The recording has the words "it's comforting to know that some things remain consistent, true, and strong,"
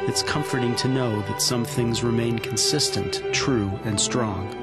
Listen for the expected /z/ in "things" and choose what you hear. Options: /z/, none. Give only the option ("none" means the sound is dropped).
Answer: /z/